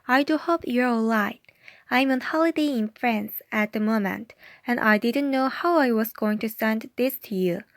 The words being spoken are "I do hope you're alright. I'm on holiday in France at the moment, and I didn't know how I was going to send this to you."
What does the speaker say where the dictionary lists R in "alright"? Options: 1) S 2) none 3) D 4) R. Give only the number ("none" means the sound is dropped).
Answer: 2